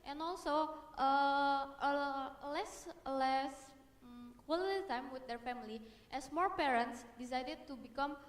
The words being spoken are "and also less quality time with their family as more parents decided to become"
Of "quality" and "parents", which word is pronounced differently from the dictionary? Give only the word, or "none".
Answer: none